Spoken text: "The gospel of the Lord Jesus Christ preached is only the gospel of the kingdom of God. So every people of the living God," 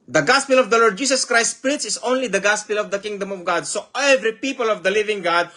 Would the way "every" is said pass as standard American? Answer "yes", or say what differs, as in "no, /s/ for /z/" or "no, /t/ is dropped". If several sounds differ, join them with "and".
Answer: yes